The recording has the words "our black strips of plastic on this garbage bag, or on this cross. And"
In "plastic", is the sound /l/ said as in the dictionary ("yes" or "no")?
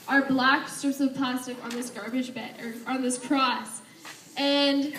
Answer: no